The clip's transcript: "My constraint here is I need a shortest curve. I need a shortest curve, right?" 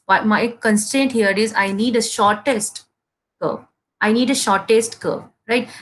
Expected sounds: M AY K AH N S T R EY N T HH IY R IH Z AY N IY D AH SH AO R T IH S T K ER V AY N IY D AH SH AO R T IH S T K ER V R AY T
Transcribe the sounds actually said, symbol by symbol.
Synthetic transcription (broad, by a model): M AY K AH N S T EY N T HH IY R IH Z AY N IY D AH SH AO R T IH S T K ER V AY N IY D AH SH AO R T IH S T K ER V R AY T